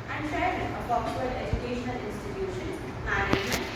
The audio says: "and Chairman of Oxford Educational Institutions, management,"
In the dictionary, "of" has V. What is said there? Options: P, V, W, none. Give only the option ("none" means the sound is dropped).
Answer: P